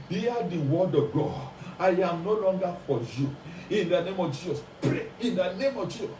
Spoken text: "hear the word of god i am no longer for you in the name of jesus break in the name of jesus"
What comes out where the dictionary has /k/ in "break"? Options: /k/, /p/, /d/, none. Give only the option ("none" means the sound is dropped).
none